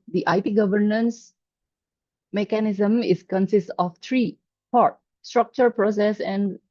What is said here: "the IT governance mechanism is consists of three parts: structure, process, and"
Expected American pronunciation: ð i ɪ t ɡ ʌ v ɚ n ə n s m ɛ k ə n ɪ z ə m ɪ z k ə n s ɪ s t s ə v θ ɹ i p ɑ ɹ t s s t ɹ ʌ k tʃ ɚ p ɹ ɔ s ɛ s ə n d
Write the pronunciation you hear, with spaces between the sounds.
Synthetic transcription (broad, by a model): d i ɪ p ɡ ʌ v ɚ n ə n s m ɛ k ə n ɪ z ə m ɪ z k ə n s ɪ s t ə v t ɹ i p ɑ ɹ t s s t ɹ ʌ k tʃ ɚ p ɹ ɔ s ɛ s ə n d